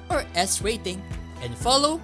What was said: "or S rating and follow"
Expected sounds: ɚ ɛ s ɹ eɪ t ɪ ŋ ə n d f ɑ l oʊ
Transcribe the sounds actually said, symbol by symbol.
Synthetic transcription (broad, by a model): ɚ ɛ s w eɪ t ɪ ŋ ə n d f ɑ l oʊ